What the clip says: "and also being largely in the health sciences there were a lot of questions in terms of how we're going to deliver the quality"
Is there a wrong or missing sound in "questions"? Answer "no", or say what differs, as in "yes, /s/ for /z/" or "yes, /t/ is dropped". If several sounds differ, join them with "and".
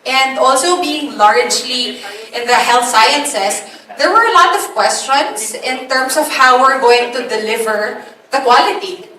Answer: yes, /s/ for /z/